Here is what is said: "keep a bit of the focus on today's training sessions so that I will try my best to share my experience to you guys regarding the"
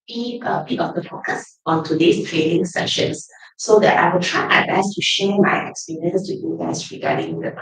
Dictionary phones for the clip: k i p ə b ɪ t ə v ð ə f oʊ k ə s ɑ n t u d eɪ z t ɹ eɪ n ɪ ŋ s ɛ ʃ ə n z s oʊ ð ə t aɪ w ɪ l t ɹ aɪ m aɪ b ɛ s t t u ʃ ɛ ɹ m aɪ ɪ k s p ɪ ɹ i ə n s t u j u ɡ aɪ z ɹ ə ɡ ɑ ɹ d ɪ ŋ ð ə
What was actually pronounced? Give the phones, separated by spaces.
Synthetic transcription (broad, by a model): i ə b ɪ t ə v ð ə f oʊ k ə s ɑ n t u d eɪ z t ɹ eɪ l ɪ ŋ s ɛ ʃ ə n s oʊ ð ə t aɪ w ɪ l t ɹ aɪ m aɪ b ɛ s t t u ʃ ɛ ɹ m aɪ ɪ k s p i ɹ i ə n s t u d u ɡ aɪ s ɹ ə ɡ ɑ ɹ d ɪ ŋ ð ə